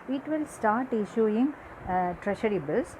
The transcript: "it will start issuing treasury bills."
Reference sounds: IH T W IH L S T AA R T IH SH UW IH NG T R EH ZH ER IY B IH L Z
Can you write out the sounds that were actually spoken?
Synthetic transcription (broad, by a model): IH T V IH L S T AA R T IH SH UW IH NG T R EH SH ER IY B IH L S